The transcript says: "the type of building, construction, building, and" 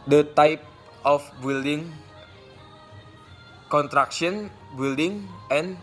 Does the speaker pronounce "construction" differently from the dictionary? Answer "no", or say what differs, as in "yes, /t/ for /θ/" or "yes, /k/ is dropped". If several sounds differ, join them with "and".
yes, /s/ is dropped